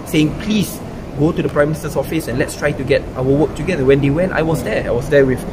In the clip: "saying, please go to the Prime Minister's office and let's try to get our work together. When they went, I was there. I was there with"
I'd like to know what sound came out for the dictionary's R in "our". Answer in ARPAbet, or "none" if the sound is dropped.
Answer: L